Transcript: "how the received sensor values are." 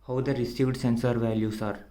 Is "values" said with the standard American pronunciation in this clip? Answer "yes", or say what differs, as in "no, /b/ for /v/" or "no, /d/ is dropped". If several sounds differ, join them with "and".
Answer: no, /s/ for /z/